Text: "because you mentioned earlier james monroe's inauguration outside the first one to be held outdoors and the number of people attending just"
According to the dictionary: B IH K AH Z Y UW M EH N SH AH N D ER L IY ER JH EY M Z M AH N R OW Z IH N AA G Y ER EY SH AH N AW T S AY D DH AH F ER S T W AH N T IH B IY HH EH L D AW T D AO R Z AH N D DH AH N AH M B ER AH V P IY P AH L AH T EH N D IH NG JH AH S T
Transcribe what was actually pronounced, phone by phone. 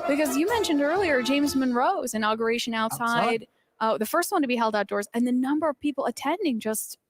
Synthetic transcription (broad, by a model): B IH K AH Z Y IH M EH N SH AH N D ER L IY ER JH EY M Z M AH N R OW Z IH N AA G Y ER EY SH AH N AW T S AY D DH AH F ER S T W AH N T IH B IY HH EH L D AW T D AO R Z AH N DH AH N AH M B ER AH V P IY P L AH T EH N D IH NG JH AH S T